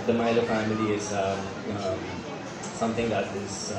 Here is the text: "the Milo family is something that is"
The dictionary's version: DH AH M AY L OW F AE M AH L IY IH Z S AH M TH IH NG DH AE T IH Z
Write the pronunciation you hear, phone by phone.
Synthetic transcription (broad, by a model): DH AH M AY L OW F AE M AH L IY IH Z S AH M T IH NG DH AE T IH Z